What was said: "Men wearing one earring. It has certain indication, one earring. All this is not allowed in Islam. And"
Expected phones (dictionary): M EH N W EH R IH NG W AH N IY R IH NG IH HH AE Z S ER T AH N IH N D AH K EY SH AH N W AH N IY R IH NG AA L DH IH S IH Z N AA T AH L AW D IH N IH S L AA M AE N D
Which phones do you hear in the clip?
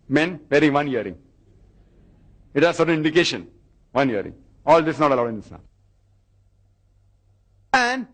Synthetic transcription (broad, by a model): M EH N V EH R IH NG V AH N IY R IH NG IH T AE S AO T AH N IH N D AH K EY SH AH N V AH N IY R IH NG AA L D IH S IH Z N AA T AH L AW D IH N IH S N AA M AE N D